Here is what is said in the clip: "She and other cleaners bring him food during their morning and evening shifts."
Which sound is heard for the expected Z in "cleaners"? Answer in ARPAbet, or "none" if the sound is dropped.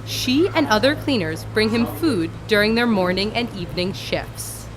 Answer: Z